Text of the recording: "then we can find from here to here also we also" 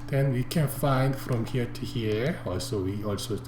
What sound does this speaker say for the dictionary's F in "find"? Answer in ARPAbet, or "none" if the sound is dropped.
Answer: F